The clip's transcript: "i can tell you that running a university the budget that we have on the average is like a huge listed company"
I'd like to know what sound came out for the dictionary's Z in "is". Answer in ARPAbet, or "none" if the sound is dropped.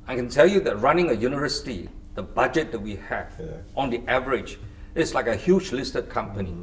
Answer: S